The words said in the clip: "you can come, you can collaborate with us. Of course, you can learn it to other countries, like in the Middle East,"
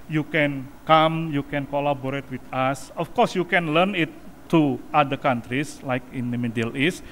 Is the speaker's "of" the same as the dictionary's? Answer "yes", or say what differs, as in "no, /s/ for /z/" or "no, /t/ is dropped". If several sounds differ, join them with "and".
no, /f/ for /v/